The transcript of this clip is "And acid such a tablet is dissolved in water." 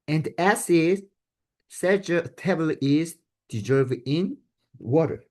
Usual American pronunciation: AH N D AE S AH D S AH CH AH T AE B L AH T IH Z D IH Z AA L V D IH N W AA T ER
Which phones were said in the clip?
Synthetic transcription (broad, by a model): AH N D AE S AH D S AH CH AH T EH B AH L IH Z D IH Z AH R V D IH N W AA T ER